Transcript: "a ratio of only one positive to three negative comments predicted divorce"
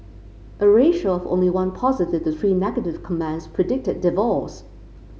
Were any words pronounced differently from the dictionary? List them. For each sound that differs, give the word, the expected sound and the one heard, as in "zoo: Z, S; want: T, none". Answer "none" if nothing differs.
divorce: R, L